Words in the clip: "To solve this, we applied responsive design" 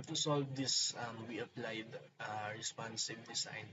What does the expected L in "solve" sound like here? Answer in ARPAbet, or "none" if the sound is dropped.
L